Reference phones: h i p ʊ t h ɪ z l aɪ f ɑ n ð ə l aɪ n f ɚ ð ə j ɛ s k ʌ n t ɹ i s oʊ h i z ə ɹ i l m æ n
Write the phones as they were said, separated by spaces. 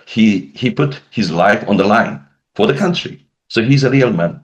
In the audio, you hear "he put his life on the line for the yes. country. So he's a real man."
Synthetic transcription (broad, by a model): h i p ʊ t h ɪ z l aɪ f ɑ n ð ə l aɪ n f ɚ ð ə k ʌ n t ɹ i s oʊ h i z ə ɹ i l m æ n